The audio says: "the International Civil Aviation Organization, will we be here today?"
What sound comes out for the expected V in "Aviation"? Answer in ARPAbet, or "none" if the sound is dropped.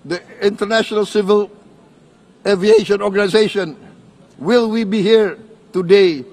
V